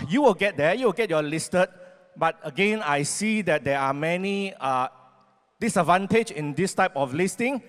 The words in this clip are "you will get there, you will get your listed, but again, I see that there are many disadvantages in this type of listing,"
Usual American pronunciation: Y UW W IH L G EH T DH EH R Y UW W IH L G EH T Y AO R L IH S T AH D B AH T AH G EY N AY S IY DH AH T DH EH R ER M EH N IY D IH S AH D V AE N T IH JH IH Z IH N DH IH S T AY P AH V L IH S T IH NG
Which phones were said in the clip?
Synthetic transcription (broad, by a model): Y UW W IH L G EH T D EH Y UW W IH L G EH T Y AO L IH S T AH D B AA T AH G EY N AY S IY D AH T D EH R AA M EH N IY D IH S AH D V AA N T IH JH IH IH N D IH S T AY P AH F L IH S T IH NG